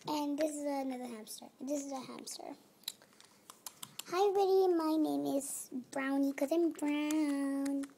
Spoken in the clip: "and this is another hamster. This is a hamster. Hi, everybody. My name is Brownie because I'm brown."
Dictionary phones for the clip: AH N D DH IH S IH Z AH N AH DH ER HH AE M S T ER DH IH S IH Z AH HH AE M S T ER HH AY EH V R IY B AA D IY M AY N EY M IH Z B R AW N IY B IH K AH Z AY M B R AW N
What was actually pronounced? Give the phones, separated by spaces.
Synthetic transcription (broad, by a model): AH N DH IH S IH Z AH N AH DH ER HH AE M S T ER DH IH S IH Z AH HH AE M S T ER HH AY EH R IY IH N M AY N EY M IH Z B R AW N IY K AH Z AY M B R AW N